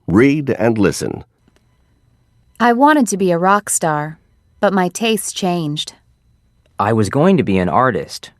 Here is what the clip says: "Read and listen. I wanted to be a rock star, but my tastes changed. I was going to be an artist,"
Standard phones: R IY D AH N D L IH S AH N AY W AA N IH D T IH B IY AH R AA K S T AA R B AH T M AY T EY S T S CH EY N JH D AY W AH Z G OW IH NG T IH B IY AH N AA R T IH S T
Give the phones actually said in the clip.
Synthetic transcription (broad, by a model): R IY D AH N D L IH S AH N AY W AA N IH D T IH B IY AH R AA K S T AA R B AH T M AY T EY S S CH EY N JH D AY W AH Z G OW IH NG T IH B IY AH N AA R T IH S T